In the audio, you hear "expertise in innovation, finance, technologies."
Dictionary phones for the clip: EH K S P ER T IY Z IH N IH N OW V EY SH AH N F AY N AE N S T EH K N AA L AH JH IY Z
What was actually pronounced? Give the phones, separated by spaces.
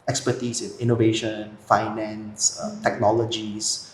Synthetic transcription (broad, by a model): EH K S P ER T IY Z IH N IH N OW V EY SH AH N F AY N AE N S T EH K N AA L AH JH IY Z